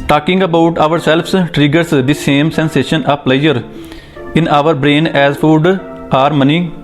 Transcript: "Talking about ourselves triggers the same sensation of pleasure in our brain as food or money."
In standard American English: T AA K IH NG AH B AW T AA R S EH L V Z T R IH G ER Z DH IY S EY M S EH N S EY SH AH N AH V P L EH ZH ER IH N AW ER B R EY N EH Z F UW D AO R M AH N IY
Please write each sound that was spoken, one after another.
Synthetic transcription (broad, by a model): T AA K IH NG AH B AW T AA R S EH L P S T R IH G ER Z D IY S EY M S EH N S EY SH AH N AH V P L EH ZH ER IH N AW ER B R EY N EH Z F UW D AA R M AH N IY